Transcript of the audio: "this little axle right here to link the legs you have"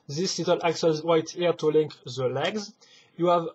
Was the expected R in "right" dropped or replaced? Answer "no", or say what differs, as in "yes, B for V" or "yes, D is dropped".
yes, W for R